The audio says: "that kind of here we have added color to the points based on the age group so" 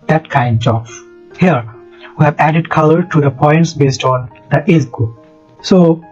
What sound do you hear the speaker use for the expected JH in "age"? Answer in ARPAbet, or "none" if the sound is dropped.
Z